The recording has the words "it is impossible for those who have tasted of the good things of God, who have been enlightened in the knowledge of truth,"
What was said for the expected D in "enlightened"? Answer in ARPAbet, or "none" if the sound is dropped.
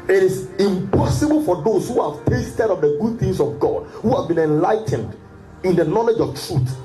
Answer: D